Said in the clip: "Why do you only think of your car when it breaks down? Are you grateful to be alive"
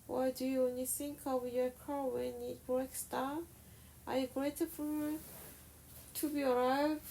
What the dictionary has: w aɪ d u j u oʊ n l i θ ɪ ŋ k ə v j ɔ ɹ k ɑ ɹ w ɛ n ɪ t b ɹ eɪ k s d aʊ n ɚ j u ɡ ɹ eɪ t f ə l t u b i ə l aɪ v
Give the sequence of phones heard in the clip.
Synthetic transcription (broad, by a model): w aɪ d u j u oʊ n l i θ ɪ ŋ k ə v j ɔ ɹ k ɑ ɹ w ɛ n ɪ t b ɹ eɪ k s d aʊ ɚ j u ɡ ɹ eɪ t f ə t u b i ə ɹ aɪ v